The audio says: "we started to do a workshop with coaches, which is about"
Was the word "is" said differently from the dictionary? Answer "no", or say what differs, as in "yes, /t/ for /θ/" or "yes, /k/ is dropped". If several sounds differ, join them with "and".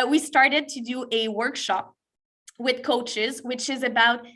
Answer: no